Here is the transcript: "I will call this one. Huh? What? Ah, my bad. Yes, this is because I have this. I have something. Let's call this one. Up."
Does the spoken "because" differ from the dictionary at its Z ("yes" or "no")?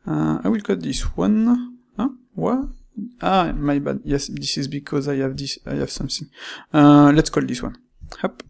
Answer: no